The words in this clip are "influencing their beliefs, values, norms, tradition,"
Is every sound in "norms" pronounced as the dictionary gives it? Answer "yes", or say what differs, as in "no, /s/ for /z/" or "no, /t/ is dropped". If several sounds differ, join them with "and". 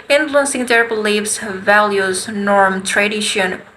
no, /z/ is dropped